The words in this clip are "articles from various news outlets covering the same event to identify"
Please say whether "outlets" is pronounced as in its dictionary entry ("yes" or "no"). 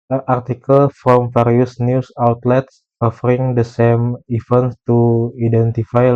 yes